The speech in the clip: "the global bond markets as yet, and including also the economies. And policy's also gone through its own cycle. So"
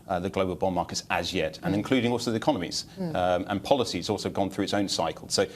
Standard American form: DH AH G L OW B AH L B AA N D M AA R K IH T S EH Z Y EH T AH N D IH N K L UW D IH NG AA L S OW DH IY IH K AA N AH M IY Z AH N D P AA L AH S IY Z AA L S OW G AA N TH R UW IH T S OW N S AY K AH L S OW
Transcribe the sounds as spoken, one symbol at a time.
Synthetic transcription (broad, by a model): DH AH G L OW B AH L B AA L M AA K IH T S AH Z Y EH T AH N IH N K L UW D IH NG AA L S OW DH IY IH K AA N AH M IY Z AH N P AA L AH S IY Z AA L S OW G AA N TH R UW IH T S OW N S AY K AH L S OW